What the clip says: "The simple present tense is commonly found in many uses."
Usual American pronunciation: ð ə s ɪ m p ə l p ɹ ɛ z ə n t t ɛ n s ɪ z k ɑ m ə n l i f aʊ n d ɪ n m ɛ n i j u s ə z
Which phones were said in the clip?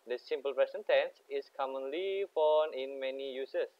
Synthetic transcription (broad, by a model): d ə s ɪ m p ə l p ɹ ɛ s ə n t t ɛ n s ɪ s k ɑ m ə n l i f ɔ n ɪ n m ɛ n i j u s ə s